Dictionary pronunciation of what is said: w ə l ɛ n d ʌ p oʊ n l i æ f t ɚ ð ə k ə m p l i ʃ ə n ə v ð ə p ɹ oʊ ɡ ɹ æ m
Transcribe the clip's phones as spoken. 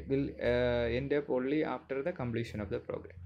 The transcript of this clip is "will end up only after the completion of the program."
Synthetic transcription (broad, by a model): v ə l ɛ n d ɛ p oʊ l i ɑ f t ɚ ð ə k ə m p l i ʃ ə n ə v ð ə p ɹ oʊ ɡ ɹ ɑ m